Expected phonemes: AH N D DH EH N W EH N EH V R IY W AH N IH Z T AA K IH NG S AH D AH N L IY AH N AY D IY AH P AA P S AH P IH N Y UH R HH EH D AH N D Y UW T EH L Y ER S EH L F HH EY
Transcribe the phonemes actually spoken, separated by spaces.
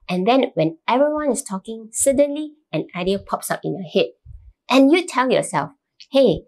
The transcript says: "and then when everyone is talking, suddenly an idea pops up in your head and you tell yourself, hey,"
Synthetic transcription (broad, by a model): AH N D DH EH N W EH N EH V R IY W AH N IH S T AA K IH NG S AH D AH N L IY AH N AY D IY AH P AA P S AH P IH N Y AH HH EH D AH N Y UW T EH L Y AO S EH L F HH EY